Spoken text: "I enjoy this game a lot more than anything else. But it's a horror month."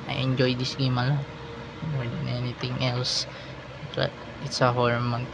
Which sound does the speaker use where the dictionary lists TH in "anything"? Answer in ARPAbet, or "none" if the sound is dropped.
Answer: T